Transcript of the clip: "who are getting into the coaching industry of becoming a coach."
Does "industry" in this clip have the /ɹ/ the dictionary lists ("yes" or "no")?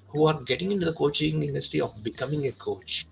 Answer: no